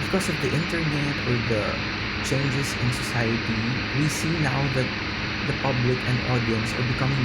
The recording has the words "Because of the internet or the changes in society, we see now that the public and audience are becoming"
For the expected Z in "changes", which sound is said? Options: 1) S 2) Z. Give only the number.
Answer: 1